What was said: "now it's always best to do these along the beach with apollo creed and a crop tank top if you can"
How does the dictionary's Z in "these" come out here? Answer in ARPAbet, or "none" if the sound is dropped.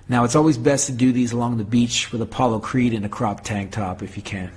Z